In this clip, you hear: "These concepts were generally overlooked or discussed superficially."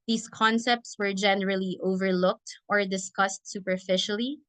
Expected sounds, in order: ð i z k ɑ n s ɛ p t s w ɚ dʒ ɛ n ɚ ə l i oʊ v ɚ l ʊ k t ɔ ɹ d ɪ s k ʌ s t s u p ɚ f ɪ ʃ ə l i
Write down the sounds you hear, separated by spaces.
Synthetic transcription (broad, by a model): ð i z k ɑ n s ɛ p t s w ɚ dʒ ɛ n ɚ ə l i oʊ v ɚ l ʊ k t ɔ ɹ d ɪ s k ʌ s t s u p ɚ f ɪ ʃ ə l i